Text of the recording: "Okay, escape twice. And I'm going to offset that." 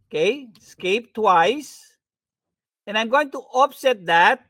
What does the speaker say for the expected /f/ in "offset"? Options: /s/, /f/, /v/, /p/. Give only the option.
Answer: /p/